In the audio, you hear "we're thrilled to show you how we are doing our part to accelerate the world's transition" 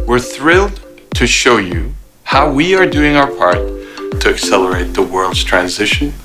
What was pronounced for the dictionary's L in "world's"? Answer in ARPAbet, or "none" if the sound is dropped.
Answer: L